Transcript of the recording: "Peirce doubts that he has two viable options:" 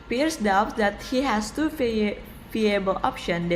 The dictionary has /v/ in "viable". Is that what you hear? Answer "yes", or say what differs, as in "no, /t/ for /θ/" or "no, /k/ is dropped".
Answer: no, /f/ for /v/